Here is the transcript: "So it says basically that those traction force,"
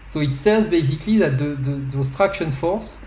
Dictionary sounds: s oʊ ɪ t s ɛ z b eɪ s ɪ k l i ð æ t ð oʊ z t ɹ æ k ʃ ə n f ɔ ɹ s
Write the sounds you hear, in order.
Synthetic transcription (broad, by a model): s oʊ ɪ t s ɛ z b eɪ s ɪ k l i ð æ t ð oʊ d t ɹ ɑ k ʃ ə n f ɔ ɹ s